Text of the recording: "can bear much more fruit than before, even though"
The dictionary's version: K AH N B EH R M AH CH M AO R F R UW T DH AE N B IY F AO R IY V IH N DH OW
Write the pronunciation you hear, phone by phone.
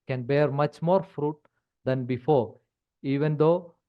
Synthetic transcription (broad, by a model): K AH N B EH R M AH CH M AO R F R UW T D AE N B IY F AO R IY V IH N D OW